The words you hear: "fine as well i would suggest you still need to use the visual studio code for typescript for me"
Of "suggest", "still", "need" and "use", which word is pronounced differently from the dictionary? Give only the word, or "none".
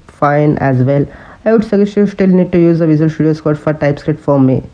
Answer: suggest